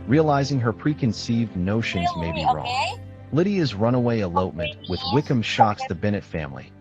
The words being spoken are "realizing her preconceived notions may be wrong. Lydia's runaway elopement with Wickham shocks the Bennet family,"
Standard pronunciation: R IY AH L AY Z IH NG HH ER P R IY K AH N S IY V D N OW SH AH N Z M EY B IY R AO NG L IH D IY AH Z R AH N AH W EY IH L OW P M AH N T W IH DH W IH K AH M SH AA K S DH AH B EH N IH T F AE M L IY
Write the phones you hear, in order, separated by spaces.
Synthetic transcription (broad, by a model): R IY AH L AY Z IH NG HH ER P R IY K AH N S IY V D N OW SH AH N Z M EY B IY R AO NG L IH D IY AH Z R AH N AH W EY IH L OW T M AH N T W IH DH W IH K AH M SH AA K S DH AH B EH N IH T F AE M L IY